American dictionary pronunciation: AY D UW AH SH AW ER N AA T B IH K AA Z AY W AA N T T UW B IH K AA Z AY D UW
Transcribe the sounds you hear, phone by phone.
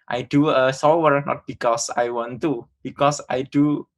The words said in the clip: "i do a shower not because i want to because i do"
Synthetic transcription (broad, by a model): AY D UW AH S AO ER N AA T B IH K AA S AY W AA N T T UW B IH K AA S AY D UW